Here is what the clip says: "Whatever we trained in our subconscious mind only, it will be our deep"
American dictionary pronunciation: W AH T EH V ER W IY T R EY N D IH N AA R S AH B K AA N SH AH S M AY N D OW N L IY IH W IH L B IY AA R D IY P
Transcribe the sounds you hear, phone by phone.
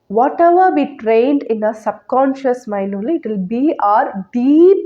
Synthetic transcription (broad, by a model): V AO T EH V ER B IY T R EY N D IH N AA S AH B K AA N SH AH S M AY N OW L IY IH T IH L B IY AA R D IY P